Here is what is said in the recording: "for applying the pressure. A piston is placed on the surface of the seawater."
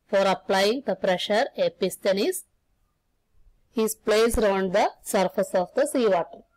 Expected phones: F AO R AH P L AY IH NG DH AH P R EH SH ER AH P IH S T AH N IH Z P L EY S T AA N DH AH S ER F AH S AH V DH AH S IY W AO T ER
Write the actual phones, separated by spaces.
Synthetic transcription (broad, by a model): F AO R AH P L AY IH NG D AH P R EH SH ER AH P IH S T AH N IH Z P L EY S T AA N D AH S ER F AH S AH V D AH S IY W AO T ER